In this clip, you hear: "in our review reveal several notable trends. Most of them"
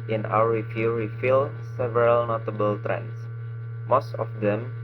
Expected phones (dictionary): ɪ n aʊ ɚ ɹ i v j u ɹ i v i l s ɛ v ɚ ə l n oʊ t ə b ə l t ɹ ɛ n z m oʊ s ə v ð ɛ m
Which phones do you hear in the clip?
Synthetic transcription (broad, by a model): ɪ n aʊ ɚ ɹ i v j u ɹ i f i l s ɛ v ɚ ə l n oʊ t ə b ə l t ɹ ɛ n s m oʊ s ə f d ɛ m